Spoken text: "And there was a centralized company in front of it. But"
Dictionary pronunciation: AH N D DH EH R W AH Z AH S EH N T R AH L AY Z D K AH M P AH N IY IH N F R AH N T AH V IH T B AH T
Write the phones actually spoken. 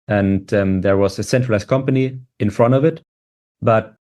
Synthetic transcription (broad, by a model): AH N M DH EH R W AH Z AH S EH N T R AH L AY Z K AH M P AH N IY IH N F R AH N T AH V IH T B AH T